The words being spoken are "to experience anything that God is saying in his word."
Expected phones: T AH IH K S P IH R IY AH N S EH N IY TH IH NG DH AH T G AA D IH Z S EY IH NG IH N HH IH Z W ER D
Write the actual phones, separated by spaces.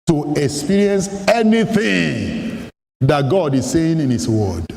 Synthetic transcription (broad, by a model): T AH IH K S P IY R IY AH N S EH N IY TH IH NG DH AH T G AA D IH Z S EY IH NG IH N HH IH S W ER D